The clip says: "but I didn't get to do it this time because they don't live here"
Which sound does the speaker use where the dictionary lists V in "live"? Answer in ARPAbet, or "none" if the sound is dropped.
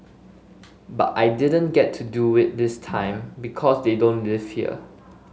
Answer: F